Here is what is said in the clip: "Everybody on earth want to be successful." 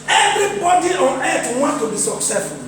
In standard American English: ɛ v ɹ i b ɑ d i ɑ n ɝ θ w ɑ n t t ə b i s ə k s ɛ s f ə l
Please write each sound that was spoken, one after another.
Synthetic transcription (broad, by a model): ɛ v ɹ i b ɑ d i ɑ n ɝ t w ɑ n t t ə b i s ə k s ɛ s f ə